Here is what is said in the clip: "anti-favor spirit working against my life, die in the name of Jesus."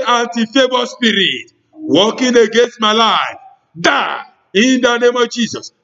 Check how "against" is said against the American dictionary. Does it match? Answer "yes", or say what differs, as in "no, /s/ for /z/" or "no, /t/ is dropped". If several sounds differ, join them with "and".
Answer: yes